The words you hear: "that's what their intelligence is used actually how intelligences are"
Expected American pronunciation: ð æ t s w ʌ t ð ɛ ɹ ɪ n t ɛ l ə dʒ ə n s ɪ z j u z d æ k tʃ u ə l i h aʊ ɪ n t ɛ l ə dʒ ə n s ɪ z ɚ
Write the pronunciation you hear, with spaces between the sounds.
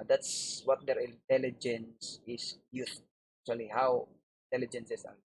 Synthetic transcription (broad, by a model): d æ t s w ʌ t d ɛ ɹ ɪ n t ɛ l ə dʒ ə n s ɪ s j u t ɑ k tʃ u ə l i h aʊ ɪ n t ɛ l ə dʒ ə n s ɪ s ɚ